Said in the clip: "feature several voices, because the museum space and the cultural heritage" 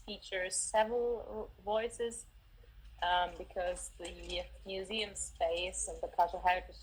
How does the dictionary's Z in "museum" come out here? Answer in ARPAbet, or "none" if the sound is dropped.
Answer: Z